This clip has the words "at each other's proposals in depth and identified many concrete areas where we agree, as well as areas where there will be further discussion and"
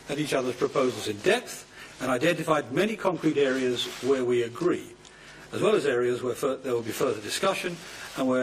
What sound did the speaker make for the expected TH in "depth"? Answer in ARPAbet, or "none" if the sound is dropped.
TH